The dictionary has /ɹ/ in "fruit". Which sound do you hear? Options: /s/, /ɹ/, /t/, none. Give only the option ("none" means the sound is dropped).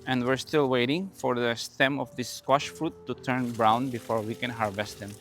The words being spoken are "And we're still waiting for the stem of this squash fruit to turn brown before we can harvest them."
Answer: /ɹ/